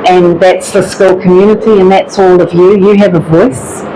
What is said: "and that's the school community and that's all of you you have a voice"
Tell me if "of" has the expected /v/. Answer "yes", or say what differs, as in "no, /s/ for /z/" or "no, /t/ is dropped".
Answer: yes